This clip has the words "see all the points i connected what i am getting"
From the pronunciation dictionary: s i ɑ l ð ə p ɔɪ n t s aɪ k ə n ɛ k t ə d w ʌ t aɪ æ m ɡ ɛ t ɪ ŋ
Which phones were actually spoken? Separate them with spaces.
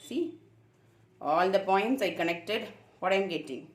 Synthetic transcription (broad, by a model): s i ɑ l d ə p ɔɪ n t s aɪ k ə n ɛ k t ə d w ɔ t aɪ m ɡ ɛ t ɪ ŋ